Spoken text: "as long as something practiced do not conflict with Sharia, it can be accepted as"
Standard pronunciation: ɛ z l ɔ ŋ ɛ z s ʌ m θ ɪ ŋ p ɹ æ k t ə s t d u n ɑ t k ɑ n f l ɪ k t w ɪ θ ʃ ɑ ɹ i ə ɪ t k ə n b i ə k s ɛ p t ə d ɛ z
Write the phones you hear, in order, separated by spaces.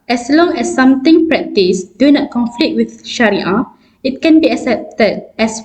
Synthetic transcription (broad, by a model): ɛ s l ɔ ŋ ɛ s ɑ m t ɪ ŋ p ɹ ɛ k t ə s d u n ɑ t k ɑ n f l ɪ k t w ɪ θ ʃ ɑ ɹ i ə ɪ t k ə n b i ə k s ɛ p t ə d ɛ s